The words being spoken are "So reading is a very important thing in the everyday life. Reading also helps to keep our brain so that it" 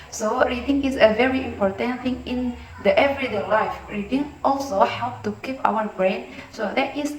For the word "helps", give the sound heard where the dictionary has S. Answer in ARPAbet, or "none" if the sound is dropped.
none